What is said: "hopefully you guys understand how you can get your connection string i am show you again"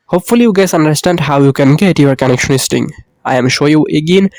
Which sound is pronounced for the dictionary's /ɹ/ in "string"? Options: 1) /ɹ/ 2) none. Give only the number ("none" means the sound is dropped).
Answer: 2